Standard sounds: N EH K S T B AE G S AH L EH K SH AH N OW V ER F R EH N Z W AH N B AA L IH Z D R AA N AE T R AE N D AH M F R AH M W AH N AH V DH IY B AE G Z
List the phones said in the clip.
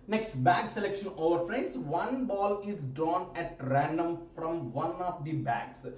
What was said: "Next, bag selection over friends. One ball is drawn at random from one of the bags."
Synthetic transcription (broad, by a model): N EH K S T B AE G S AH L EH K SH AH N OW V ER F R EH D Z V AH N B AA L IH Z D AA N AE T R AE N D AH M F R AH M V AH N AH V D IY B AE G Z